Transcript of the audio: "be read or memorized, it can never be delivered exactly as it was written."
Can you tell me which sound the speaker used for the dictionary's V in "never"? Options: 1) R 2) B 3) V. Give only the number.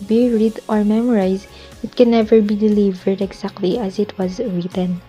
3